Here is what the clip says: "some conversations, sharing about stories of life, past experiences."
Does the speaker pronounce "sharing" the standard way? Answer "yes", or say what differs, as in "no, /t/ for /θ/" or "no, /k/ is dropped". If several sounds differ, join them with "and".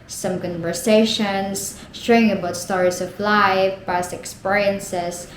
no, /ɹ/ is dropped